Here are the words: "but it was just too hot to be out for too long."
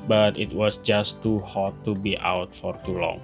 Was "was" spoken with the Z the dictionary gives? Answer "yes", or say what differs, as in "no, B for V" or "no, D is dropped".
no, S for Z